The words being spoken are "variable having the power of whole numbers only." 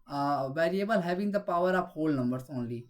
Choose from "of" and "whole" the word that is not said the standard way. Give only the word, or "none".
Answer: of